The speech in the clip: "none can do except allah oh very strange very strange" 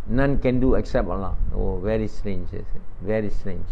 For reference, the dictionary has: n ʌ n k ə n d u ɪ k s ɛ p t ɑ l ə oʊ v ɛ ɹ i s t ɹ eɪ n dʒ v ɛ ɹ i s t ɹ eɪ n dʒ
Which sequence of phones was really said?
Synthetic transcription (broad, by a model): n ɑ n k ə n d u ɪ k s ɛ p t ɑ l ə oʊ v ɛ ɹ i s t ɹ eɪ n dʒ v ɛ ɹ i s t ɹ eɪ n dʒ